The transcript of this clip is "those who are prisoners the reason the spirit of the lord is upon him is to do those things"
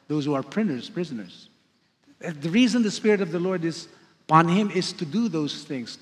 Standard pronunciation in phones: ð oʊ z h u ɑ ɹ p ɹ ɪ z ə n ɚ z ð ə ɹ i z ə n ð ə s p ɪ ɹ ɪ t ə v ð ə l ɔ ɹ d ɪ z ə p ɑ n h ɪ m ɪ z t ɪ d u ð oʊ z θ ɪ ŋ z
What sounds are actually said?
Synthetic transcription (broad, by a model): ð oʊ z h u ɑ ɹ p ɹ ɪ z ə n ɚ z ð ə ɹ i z ə n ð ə s p ɪ ɹ ɪ t ə v ð ə l ɔ ɹ d ɪ z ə p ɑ n h ɪ m ɪ z t ɪ d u ð oʊ z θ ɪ ŋ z